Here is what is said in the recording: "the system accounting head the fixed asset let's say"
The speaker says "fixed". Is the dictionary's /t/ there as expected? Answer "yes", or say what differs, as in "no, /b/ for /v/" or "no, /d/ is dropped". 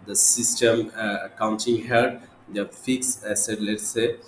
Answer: no, /t/ is dropped